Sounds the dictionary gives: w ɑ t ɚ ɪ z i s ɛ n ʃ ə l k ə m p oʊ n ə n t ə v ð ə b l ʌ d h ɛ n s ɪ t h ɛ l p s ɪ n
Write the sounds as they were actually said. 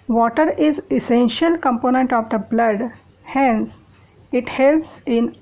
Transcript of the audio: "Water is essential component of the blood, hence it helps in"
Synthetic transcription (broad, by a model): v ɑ t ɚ ɪ z i s ɛ n ʃ ə l k ə m p oʊ n ə n t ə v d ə b l ʌ d h ɛ n s ɪ t h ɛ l s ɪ n